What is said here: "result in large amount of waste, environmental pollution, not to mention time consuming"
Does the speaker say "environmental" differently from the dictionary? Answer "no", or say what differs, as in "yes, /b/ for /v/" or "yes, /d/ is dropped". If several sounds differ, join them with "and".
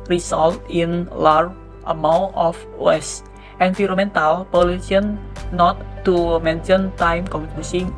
yes, /f/ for /v/ and /n/ is dropped